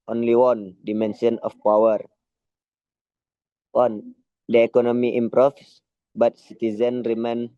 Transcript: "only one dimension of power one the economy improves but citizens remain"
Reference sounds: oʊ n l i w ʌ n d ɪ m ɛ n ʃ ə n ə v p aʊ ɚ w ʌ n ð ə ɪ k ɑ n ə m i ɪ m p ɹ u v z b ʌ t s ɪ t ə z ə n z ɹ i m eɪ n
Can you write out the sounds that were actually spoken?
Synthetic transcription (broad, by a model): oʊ n l i w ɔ n d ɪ m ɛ n s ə n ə f p aʊ ɚ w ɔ n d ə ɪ k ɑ n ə m i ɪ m p ɹ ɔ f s b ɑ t s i t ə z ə n ɹ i m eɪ n